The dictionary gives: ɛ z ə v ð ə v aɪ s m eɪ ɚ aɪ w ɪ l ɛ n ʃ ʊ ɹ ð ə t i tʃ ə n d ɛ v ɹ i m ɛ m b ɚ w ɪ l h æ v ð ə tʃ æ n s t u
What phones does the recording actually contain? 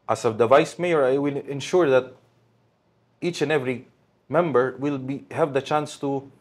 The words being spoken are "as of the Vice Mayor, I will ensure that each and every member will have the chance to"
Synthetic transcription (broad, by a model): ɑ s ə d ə v aɪ s m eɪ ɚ aɪ w ɪ l ɛ n ʃ ʊ ɹ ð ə t i tʃ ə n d ɛ v ɹ i m ɛ m b ɚ w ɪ l h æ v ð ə tʃ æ n s t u